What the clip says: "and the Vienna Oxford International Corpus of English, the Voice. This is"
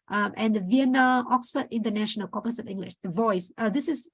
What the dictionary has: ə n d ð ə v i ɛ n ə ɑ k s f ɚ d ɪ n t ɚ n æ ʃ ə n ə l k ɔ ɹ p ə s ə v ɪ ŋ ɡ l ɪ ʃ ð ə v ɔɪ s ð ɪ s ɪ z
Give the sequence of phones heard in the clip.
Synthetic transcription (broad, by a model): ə n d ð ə v i ɛ n ə ɑ k s f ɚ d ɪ n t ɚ n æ ʃ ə n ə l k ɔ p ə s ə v ɪ ŋ ɡ l ɪ ʃ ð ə v ɔɪ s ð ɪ s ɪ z